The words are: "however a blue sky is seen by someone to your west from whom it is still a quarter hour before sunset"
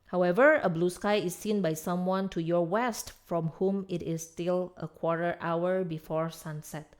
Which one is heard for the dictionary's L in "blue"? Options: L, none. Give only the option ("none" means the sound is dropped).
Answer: L